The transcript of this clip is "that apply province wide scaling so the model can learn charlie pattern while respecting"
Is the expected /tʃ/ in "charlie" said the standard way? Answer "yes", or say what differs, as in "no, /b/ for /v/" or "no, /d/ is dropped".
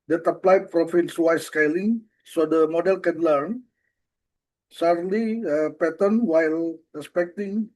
no, /s/ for /tʃ/